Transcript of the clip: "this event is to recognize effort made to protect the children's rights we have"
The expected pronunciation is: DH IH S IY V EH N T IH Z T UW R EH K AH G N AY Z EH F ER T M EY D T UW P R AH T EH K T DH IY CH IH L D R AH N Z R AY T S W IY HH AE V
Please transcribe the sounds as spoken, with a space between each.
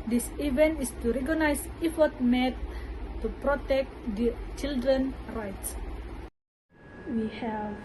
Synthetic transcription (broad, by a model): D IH S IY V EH N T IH S T UW R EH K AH N AY S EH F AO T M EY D T UW P R AH T EH K T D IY CH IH L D R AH N R AY T S W IY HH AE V